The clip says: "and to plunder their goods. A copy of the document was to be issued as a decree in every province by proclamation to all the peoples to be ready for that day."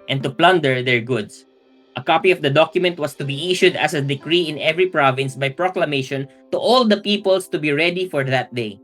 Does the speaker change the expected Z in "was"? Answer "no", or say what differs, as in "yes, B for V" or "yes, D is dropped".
yes, S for Z